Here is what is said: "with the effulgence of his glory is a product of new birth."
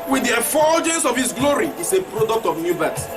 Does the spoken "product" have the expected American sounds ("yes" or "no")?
yes